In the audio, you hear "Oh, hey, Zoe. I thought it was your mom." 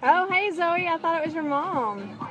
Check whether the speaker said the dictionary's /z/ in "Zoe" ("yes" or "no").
yes